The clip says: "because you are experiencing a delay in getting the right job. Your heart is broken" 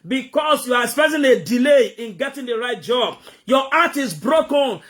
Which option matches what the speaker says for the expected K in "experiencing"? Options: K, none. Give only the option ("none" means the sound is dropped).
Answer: none